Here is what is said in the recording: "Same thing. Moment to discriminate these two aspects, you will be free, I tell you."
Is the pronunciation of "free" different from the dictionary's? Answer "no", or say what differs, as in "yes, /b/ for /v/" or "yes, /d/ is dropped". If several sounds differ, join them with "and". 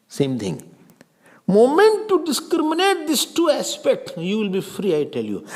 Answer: no